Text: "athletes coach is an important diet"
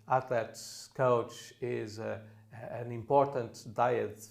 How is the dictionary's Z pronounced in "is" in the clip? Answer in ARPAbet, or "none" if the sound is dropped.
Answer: Z